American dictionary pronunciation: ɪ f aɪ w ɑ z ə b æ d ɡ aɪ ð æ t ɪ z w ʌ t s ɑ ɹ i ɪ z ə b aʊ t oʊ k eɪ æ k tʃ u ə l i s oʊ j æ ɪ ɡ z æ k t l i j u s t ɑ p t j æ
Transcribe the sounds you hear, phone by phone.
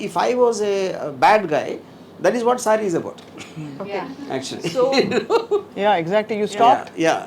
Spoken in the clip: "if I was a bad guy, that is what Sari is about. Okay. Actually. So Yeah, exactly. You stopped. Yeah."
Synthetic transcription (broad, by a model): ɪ f aɪ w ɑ z ə b æ d ɡ aɪ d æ t ɪ z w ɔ t s ɑ ɹ i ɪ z ə b aʊ t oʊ eɪ æ k tʃ u ə l i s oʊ j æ ɪ ɡ z æ k t l i j u s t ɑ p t j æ